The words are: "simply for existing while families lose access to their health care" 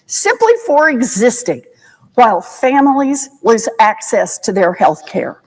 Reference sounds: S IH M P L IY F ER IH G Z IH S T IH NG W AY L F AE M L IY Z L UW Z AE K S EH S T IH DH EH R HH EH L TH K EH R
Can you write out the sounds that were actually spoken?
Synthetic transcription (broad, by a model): S IH M P L IY F ER IH G Z IH S T IH NG W AY L F AE M L IY Z W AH Z AE K S EH S T IH DH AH R HH EH L TH K EH R